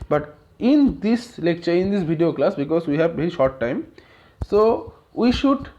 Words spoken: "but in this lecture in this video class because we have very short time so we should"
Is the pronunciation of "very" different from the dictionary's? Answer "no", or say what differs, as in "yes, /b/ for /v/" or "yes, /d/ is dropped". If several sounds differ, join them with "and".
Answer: yes, /b/ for /v/